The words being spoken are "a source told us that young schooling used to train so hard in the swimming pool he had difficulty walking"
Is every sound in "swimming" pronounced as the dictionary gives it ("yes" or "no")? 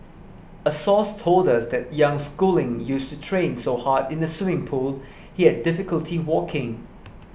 no